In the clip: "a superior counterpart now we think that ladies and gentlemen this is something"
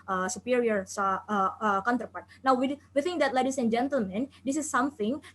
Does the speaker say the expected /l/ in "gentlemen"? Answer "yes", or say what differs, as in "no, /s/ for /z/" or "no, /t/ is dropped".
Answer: yes